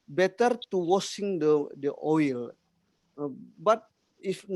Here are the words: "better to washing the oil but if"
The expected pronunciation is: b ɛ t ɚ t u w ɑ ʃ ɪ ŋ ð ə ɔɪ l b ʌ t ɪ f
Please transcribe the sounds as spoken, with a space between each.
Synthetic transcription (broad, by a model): b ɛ t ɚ t u w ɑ s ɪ ŋ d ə ɔɪ l b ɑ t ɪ f